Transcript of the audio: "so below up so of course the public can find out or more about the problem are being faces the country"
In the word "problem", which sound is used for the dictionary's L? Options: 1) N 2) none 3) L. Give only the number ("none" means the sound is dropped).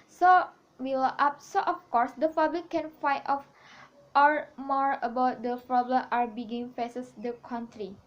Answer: 3